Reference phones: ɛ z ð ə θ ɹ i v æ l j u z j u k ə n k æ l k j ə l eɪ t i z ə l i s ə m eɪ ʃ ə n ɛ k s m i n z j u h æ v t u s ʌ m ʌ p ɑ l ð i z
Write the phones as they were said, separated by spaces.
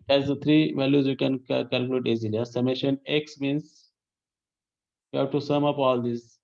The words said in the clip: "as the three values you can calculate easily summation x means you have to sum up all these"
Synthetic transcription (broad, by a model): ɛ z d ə t ɹ i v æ l j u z j u k ə n k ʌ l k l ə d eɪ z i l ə i s ə m eɪ ʃ ə n ɛ k s m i n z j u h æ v t u s ʌ m ʌ p ɑ l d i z